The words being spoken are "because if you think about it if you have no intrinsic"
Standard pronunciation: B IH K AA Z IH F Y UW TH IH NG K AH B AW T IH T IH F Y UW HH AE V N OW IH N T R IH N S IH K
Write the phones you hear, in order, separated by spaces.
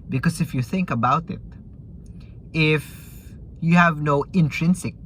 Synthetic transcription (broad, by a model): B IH K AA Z IH F Y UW TH IH NG K AH B AW T IH T IH F Y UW HH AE V N OW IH N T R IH N S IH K